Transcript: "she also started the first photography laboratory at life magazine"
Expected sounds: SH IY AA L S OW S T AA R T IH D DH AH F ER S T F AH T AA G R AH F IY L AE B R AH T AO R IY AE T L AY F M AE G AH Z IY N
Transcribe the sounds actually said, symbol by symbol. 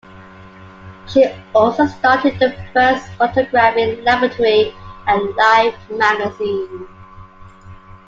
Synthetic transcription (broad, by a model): SH IY AA L S OW S T AA T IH D DH AH F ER S T F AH T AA G R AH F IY L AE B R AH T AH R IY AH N L AY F M AE G AH Z IY N